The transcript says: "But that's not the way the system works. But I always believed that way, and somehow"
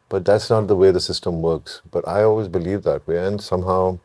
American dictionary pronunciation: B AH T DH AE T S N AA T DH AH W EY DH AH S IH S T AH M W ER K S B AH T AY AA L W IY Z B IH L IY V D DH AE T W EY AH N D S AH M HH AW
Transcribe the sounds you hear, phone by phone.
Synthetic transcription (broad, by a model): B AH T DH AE T S N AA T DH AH W EY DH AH S IH S T AH M W ER K S B AH T AY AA L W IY Z B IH L IY V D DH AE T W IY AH N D S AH M HH AW